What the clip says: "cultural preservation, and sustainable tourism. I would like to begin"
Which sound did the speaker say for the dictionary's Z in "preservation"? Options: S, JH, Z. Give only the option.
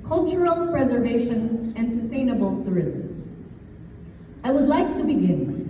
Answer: Z